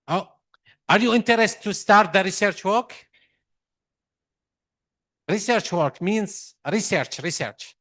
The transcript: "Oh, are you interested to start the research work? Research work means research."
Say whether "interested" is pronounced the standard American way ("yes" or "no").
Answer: no